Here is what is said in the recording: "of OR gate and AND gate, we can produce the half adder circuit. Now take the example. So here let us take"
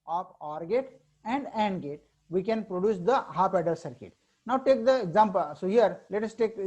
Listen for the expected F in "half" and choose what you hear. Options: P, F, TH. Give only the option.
P